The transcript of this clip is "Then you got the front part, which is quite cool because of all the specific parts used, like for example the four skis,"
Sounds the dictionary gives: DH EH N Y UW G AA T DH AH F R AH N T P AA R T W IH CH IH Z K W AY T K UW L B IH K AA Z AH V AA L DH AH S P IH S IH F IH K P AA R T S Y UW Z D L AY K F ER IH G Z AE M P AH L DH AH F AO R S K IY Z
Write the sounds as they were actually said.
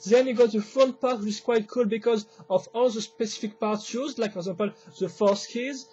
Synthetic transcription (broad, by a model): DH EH N Y UW G AA T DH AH F AH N P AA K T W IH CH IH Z K W AY T K UW L B IH K AA Z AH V AA L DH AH S P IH S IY F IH K P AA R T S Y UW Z L AY K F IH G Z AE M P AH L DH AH F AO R S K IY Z